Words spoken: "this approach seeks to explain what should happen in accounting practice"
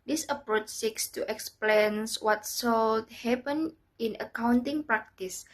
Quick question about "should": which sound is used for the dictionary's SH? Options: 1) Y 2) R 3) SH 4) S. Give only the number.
4